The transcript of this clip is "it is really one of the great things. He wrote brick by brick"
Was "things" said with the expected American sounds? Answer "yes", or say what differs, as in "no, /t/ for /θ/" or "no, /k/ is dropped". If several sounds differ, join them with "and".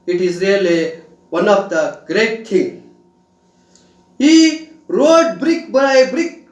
no, /z/ is dropped